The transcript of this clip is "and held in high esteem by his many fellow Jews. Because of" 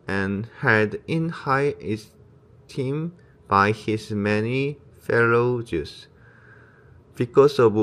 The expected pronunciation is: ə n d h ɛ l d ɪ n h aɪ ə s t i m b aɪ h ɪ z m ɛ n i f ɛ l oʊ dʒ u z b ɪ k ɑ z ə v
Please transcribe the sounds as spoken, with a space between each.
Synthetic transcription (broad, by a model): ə n h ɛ d ɪ n h aɪ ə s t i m b aɪ h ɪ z m ɛ n i f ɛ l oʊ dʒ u s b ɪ k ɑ s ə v